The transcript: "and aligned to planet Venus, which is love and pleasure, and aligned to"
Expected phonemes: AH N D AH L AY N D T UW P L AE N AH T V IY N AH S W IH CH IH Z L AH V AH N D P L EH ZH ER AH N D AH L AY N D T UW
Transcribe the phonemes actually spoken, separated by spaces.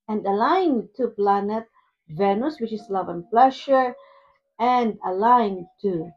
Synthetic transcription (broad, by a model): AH N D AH L AY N T UW P L AE N AH T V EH N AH S W IH CH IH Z L AH V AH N P L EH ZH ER AH N D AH L AY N T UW